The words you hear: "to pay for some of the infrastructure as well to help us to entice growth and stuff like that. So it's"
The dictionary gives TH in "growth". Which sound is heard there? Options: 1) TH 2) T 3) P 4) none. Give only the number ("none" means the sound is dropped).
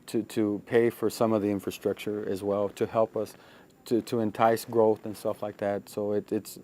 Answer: 1